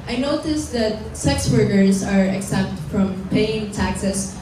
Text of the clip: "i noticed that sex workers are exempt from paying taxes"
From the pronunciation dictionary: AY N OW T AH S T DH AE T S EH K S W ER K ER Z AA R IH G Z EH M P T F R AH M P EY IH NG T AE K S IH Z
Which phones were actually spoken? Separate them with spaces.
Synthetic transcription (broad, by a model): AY N OW T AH S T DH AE T S EH K S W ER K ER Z AA R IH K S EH P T F R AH M P EY IH NG T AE K S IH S